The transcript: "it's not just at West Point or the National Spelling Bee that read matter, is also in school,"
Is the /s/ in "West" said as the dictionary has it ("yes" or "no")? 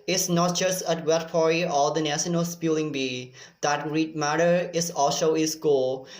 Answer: no